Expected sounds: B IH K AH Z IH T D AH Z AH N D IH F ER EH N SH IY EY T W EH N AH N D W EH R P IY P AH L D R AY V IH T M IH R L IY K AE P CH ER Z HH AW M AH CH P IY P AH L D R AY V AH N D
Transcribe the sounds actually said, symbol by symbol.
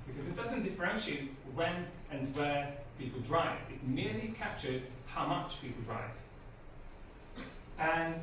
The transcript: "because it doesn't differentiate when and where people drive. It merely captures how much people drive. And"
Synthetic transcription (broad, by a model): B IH K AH Z IH T D AH Z AH N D IH F ER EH N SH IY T W EH N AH N W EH P IY P AH L D R AY V IH T M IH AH L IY K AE P CH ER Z HH AW M AH CH P IY P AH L D R AY V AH N